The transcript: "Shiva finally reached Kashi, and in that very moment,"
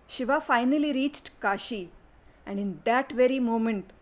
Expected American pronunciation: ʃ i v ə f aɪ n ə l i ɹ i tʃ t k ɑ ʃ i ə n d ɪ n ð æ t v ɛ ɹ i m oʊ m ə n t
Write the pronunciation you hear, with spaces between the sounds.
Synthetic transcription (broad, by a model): ʃ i v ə f aɪ n ə l i ɹ i tʃ t k ɑ ʃ i ə n d ɪ n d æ t v ɛ ɹ i m oʊ m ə n t